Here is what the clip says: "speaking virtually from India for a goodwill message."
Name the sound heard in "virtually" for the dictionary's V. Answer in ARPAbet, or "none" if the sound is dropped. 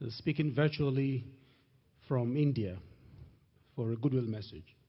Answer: V